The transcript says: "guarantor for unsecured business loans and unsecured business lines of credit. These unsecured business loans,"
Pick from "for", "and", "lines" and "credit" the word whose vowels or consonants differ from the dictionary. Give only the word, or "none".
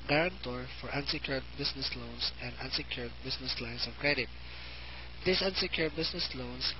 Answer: lines